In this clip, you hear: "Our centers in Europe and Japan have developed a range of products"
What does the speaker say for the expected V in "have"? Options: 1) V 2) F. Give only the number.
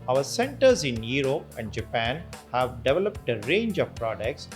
1